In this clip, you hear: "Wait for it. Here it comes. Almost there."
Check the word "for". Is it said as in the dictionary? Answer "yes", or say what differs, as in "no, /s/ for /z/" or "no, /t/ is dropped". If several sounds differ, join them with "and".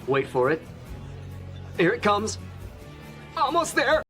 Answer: yes